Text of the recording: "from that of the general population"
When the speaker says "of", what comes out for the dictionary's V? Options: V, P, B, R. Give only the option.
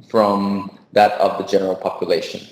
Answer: V